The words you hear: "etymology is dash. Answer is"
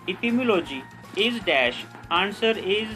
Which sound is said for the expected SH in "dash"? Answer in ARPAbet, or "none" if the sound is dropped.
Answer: SH